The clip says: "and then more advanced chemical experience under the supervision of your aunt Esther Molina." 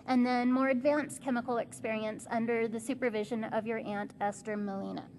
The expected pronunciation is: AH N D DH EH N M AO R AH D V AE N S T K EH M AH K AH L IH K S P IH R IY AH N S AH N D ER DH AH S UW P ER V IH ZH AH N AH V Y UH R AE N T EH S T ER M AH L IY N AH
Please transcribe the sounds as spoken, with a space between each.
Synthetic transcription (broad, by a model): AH N DH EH N M AO R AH D V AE N S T K EH M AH K L IH K S P IH R IY AH N S AH N D ER DH AH S UW P ER V IH ZH AH N AH V Y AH R AE N T EH S T ER M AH L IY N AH